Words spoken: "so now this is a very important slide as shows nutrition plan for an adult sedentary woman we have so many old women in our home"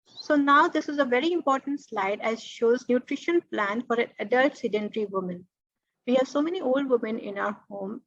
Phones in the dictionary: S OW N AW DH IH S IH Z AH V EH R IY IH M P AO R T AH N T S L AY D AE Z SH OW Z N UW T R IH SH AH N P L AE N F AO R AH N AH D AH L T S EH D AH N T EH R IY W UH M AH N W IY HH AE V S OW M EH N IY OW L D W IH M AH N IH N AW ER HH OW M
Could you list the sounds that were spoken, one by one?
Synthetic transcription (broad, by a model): S OW N AW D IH S IH Z AH V EH R IY IH M P AO R T AH N T S L AY D AE Z SH OW Z N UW T R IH SH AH N P L AE N F AO R AH N AH D AH L T S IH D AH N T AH R IY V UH M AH N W IY HH AE V S OW M EH N IY OW L D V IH M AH N IH N AW ER HH OW M